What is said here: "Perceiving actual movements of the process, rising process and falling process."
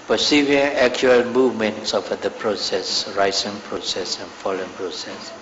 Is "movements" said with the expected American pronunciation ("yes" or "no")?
yes